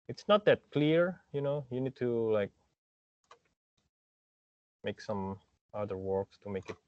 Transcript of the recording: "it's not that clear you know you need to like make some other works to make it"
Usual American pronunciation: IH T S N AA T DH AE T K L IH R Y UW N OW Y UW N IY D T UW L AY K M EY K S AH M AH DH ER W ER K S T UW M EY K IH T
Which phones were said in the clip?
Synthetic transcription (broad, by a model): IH T S N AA T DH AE T K L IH R Y UW N OW Y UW N IY D T UW L AY K M EY K S AH M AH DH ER W ER K S T UW M EY K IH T